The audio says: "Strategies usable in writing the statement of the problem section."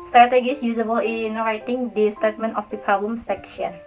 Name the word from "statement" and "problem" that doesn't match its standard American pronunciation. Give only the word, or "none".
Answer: problem